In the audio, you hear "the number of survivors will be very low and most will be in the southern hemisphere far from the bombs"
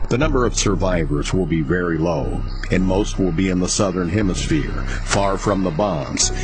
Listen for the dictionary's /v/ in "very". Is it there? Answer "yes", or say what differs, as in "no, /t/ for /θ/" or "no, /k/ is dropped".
yes